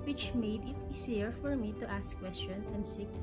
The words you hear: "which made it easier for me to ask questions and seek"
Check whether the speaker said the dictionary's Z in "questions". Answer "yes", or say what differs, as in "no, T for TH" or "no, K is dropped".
no, Z is dropped